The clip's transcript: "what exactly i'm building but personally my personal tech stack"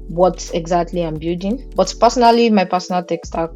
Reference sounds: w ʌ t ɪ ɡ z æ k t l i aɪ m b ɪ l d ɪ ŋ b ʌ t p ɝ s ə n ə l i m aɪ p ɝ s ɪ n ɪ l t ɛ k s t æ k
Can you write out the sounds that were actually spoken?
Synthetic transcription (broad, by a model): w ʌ t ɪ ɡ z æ k t l i aɪ m b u d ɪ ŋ b ʌ t p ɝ s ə n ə l i m aɪ p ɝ s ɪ n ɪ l t ɛ k s t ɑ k